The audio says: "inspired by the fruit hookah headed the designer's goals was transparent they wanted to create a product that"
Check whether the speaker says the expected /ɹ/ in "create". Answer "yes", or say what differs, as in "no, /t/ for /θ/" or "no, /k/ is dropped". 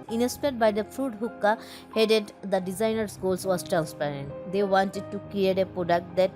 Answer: no, /l/ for /ɹ/